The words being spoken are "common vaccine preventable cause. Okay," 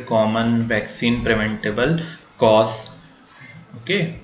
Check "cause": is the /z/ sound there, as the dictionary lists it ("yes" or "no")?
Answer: no